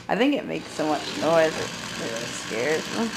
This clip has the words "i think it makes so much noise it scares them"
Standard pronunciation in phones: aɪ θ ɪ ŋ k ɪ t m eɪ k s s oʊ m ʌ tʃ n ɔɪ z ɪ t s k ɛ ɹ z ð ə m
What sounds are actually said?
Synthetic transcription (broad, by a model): aɪ θ ɪ ŋ k ɪ t m eɪ k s s oʊ m ʌ tʃ n ɔɪ z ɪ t s k ɛ ɹ z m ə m